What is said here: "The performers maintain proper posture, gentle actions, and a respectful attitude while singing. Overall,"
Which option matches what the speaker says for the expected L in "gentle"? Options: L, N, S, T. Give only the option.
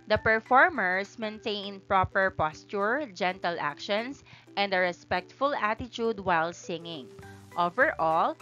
L